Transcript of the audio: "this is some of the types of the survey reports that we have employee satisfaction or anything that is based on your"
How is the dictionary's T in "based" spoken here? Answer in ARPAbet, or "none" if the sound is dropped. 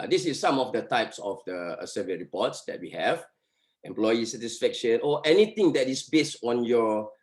T